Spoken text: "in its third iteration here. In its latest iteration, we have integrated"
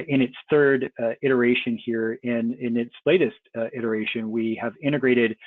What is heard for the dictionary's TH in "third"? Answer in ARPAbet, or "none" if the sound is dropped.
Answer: TH